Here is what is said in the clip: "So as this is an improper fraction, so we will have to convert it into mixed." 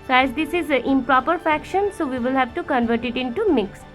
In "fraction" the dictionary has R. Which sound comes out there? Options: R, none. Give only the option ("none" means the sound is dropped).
none